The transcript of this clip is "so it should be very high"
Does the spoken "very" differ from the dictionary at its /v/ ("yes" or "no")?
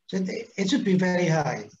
no